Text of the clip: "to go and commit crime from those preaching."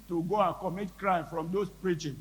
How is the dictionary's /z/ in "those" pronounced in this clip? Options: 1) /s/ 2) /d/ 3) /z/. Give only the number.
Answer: 1